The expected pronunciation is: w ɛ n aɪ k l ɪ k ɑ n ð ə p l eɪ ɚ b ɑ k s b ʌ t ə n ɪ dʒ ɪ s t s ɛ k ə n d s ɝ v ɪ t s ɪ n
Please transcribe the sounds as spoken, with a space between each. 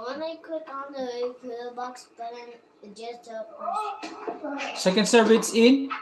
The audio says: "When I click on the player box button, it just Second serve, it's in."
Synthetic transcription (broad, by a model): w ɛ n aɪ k ɪ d ɑ n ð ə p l b ɑ k s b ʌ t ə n ɪ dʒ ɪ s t s ɛ k ə n d s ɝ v ɪ t s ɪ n